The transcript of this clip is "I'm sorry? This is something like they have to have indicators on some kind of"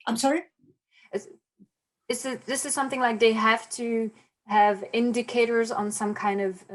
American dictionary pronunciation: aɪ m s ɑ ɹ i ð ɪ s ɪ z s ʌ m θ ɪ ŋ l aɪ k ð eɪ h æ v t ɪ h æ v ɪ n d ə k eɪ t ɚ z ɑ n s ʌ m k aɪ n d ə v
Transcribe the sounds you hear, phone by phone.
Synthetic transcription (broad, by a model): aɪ m s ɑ ɹ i ð ɪ s ɪ z s ʌ m θ ɪ ŋ l aɪ k ð eɪ h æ f t ɪ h v ɪ n d ə k eɪ t ɚ z n s ʌ m k aɪ n d ə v